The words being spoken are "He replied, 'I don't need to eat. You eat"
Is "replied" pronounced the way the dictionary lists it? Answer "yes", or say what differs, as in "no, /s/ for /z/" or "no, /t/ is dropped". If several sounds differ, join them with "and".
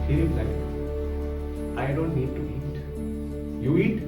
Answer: no, /d/ is dropped